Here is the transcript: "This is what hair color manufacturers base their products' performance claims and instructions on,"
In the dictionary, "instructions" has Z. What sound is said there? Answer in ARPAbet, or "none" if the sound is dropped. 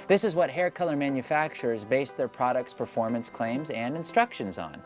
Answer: Z